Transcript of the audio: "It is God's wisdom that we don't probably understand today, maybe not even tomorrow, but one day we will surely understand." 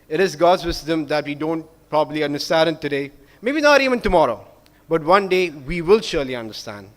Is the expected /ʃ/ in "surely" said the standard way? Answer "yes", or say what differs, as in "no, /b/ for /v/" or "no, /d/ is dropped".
yes